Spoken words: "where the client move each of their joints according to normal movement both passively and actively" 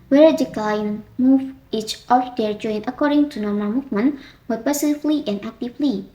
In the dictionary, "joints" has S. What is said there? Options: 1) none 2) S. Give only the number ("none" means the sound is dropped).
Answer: 1